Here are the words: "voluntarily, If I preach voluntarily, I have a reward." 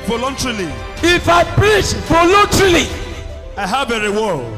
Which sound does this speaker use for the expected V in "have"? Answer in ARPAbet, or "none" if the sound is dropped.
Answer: B